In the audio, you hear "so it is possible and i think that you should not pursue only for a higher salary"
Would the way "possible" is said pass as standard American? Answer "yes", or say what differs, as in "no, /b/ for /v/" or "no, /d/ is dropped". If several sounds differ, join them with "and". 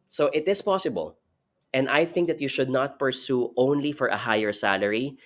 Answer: yes